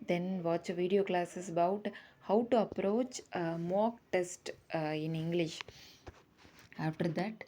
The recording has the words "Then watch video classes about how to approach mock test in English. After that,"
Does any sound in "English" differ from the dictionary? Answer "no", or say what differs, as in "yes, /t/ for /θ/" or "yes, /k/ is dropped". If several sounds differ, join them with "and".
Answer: no